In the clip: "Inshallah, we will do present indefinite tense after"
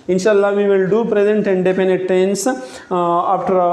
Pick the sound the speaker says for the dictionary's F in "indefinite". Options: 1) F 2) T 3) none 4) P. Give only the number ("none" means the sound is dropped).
4